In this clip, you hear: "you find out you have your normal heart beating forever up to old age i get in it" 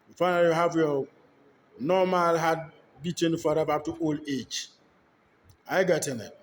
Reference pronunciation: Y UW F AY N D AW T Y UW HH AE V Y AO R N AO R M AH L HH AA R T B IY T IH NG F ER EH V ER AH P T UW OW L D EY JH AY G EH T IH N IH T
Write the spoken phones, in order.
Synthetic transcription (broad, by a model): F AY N AW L Y UW HH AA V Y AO N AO M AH L HH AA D B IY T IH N F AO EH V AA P T UW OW L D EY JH AY G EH T IH N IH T